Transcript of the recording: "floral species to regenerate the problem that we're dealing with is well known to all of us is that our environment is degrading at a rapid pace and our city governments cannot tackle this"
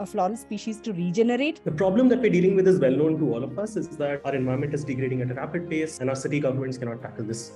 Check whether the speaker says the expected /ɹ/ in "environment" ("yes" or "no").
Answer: no